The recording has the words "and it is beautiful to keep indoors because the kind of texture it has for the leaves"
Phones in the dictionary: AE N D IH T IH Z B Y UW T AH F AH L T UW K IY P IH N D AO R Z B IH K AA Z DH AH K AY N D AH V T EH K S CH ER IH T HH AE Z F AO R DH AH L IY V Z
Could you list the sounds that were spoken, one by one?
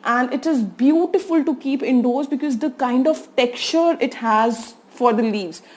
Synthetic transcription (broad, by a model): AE N D IH T IH Z B Y UW T AH F AH L T UW K IY P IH N D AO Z B IH K AA Z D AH K AY N D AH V T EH K CH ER IH T HH AE Z F AO R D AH L IY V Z